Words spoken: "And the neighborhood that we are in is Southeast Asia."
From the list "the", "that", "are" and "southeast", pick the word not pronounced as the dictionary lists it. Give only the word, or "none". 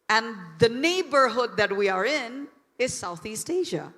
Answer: none